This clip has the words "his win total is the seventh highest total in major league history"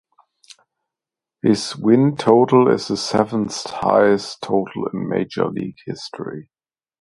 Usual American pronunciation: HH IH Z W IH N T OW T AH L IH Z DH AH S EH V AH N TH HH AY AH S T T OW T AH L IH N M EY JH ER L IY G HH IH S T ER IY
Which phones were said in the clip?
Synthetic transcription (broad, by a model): HH IH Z W IH N T OW T L IH Z DH AH S EH V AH N T HH AY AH S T T OW T L IH N M EY JH ER L IY G HH IH S T ER IY